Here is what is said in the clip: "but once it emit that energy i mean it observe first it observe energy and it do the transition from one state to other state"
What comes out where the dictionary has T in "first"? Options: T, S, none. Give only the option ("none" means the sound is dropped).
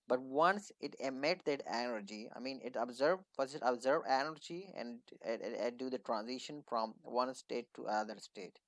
none